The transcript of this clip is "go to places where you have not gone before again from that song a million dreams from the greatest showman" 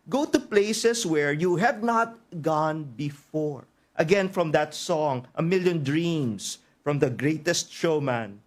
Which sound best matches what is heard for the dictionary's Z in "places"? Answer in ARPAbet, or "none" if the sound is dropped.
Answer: S